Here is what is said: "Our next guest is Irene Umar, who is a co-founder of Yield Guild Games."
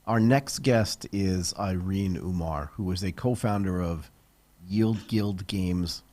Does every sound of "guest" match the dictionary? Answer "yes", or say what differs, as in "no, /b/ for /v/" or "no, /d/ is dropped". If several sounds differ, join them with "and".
yes